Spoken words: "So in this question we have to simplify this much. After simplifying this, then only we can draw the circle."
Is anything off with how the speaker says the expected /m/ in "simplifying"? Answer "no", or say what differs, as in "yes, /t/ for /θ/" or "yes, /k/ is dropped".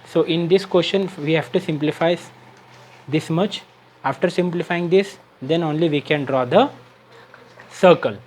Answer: no